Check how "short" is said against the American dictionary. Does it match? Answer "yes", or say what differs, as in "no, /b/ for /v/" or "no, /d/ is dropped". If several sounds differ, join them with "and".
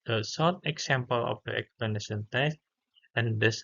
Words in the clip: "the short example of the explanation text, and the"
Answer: no, /s/ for /ʃ/